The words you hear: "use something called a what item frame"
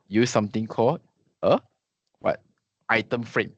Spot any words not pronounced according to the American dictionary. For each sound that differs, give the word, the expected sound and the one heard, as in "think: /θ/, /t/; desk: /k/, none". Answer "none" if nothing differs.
something: /θ/, /t/